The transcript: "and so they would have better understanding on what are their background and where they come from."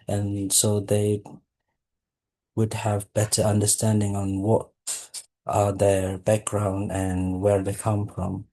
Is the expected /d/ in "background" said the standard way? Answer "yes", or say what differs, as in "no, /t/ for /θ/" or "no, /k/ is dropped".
yes